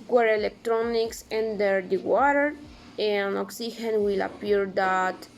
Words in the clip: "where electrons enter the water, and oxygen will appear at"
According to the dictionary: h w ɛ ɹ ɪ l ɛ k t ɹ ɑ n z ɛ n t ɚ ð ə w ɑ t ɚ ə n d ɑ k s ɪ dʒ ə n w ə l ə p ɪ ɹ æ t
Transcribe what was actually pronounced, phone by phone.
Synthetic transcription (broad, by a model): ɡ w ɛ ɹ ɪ l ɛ k t ɹ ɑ n s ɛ n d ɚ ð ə w ɑ t ɚ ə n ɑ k s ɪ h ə n w ə l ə p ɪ ɹ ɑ t